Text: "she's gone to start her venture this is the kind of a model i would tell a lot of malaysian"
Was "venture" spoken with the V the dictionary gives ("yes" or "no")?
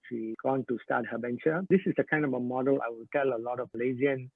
no